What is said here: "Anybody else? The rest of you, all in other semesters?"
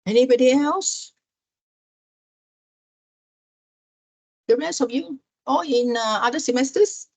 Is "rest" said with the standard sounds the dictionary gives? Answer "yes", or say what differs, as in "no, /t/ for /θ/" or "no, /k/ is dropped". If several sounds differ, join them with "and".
no, /t/ is dropped